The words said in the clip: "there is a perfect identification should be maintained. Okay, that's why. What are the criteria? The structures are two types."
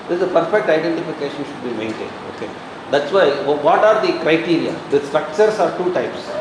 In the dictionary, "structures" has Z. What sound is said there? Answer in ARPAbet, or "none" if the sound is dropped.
S